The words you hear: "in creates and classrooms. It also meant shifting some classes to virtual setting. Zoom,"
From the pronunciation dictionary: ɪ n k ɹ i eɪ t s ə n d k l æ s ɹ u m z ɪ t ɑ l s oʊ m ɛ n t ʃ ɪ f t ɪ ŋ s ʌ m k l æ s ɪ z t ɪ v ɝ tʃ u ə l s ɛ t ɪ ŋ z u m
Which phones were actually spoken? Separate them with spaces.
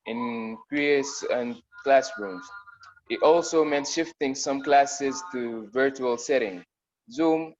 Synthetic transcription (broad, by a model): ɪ n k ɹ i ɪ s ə n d k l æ s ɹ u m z ɪ t ɑ l s oʊ m ɛ n t ʃ ɪ f t ɪ ŋ s ʌ m k l æ s ɪ z t ɪ v ɝ tʃ u ə l s ɛ t ɪ ŋ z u m